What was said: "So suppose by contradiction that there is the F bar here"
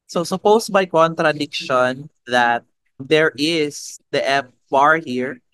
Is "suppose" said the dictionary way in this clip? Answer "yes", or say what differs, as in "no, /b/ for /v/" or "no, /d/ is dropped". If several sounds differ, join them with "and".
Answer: no, /s/ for /z/